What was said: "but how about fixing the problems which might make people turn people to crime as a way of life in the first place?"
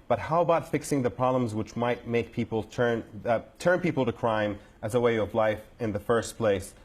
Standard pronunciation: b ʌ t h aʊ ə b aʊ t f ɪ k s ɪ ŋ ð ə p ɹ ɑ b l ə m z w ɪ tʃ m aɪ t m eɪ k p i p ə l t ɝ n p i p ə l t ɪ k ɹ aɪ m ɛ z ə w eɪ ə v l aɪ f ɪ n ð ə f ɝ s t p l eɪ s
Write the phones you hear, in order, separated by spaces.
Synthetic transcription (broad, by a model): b ʌ t h aʊ ə b aʊ t f ɪ k s ɪ ŋ ð ə p ɹ ɑ b l ə m z w ɪ tʃ m aɪ t m eɪ k p i p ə n t ɝ n p i p l t ɪ k ɹ aɪ m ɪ z ə w eɪ ə v l aɪ f ɪ n ð ə f ɝ s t p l eɪ s